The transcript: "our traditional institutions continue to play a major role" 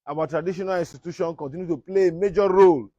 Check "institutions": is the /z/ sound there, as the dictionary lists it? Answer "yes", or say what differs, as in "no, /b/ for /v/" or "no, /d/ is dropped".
no, /z/ is dropped